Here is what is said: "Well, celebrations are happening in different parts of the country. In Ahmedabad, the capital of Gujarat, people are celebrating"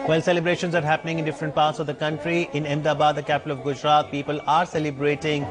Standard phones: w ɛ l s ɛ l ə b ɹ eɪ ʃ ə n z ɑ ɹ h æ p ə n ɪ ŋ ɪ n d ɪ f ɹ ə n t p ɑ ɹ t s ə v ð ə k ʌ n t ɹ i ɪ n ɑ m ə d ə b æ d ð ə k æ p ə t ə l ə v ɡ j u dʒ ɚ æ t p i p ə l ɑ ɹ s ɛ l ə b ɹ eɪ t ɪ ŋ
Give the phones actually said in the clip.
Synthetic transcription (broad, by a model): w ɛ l s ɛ l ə b ɹ eɪ ʃ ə n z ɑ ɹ h æ p ə n ɪ ŋ ɪ n d ɪ f ɹ ə n t p ɑ ɹ t s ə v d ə k ʌ n t ɹ i ɪ n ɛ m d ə b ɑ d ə k æ p ə t ə l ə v ɡ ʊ dʒ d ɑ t p i p ə l ɑ ɹ s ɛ l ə b ɹ eɪ t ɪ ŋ